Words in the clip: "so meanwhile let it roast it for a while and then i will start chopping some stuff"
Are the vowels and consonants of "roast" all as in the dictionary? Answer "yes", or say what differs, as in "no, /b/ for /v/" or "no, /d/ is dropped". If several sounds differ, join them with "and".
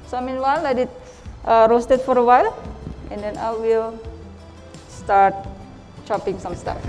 yes